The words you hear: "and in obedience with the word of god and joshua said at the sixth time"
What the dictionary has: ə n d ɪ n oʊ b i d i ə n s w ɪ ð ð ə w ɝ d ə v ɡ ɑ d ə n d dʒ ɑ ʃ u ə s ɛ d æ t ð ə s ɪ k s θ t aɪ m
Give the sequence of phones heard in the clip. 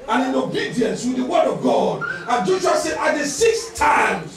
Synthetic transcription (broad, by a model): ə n ɪ n oʊ b i d i ə n s w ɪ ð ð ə w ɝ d ə v ɡ ɑ d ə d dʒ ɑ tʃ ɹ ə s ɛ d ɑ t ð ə s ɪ k s t aɪ m